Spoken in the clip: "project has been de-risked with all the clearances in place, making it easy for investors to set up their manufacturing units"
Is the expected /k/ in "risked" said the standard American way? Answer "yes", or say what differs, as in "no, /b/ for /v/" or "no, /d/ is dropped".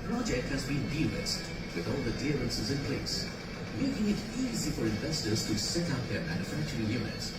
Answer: no, /k/ is dropped